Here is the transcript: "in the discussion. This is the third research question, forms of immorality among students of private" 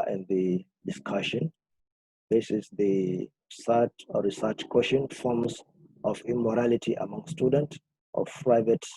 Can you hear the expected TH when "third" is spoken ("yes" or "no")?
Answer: no